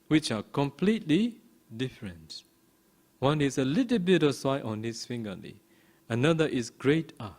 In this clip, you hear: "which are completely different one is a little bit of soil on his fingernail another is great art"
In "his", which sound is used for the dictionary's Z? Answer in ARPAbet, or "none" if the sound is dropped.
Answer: S